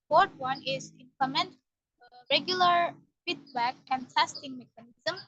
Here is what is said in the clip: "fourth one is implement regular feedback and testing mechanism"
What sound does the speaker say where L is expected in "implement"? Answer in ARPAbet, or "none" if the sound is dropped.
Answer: none